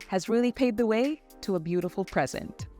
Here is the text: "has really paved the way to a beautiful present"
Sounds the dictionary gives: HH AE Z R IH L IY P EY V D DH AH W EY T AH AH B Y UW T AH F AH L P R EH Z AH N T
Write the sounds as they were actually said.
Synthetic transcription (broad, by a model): HH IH Z R IH L IY P EY D DH AH W EY T AH AH B Y UW T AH F L P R EH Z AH N T